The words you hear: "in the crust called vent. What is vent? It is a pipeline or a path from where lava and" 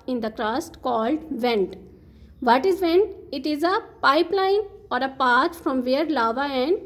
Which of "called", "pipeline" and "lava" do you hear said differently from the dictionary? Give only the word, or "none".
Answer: none